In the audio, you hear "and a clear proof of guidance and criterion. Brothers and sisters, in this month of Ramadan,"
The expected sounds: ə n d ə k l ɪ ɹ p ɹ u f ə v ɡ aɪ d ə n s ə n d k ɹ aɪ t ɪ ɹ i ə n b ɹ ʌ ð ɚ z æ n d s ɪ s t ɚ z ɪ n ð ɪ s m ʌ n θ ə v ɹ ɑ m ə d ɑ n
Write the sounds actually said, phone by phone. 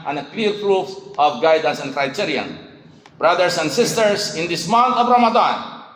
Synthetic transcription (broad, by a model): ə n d ə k l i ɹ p ɹ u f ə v ɡ aɪ d ə n s ə n d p ɹ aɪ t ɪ ɹ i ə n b ɹ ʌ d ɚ s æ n d s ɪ s t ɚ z ɪ n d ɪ s m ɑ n t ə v ɹ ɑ m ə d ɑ n